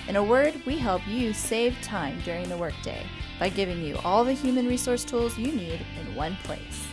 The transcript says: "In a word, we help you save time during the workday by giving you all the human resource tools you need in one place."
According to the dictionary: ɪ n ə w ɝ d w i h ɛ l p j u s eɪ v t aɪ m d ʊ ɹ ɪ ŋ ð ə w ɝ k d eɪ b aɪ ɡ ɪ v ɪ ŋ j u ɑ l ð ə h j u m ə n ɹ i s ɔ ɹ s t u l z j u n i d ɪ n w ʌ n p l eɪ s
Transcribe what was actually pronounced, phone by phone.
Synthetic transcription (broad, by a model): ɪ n ə w ɝ d w i h ɛ l p j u s eɪ v t aɪ m d ʊ ɹ ɪ ŋ ð ə w ɝ k d eɪ b aɪ ɡ ɪ v ɪ ŋ j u ɑ l ð ə h j u m ə n ɹ i s ɔ ɹ s t u l z j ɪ n i d ɪ n w ʌ n p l eɪ s